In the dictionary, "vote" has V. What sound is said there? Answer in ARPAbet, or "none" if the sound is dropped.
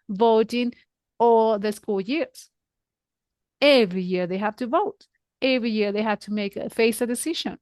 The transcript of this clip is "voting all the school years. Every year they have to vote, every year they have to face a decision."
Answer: V